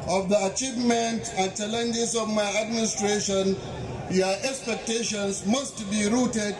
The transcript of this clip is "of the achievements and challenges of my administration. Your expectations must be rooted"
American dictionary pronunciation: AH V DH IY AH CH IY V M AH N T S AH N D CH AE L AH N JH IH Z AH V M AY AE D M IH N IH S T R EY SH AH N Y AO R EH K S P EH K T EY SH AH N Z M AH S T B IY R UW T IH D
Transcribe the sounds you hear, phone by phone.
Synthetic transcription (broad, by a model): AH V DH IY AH CH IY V M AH N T AH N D CH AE L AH N JH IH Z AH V M AY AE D M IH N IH S T R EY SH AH N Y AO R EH K S P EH K T EY SH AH N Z M AH S T B IY R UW T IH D